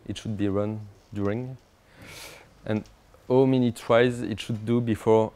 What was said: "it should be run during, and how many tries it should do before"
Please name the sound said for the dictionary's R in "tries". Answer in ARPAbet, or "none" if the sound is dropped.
W